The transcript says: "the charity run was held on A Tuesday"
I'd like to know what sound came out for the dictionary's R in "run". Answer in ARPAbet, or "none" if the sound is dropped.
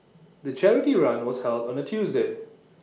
R